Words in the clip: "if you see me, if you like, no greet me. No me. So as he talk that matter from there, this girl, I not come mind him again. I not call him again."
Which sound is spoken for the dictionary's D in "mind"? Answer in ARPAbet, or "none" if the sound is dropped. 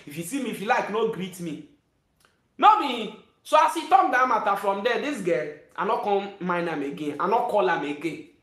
none